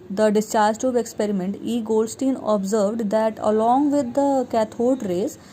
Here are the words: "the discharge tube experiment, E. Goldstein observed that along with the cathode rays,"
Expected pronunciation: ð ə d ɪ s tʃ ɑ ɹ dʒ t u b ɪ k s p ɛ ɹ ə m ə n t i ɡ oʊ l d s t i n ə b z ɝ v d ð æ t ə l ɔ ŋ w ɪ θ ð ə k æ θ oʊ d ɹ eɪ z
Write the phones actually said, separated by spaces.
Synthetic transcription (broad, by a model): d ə d ɪ s tʃ ɑ ɹ dʒ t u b ɪ k s p ɛ ɹ ə m ə n t i ɡ oʊ l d s t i n ə b z ɝ v d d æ t ə l ɔ ŋ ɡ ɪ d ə k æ t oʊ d ɹ eɪ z